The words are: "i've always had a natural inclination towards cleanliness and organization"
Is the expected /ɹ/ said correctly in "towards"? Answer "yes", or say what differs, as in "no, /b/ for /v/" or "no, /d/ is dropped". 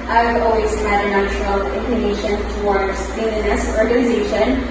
yes